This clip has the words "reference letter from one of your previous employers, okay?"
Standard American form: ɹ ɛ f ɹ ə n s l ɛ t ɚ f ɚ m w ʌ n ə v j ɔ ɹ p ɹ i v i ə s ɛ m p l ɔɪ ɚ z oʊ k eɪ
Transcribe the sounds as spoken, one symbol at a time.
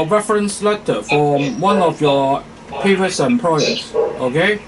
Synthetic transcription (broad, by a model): ɹ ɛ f ɹ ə n s l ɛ t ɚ f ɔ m w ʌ n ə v j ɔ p i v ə s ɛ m p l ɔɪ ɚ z oʊ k eɪ